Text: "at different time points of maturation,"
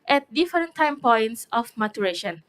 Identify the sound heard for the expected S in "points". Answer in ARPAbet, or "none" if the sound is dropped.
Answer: S